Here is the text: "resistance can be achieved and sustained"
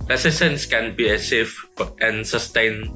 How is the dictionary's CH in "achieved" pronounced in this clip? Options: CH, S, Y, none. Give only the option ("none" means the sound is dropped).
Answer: S